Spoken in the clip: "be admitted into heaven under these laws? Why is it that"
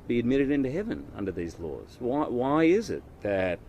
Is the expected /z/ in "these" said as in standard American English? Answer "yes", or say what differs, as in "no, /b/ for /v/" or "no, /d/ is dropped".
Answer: yes